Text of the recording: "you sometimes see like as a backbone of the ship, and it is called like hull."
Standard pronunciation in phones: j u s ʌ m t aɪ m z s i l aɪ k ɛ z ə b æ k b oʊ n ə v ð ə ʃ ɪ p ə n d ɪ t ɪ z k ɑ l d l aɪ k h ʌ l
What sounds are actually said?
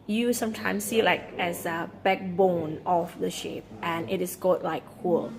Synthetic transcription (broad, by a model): j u s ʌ m t aɪ m s i l aɪ k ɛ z ə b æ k b oʊ n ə f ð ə ʃ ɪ p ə n ɪ t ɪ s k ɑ d l aɪ k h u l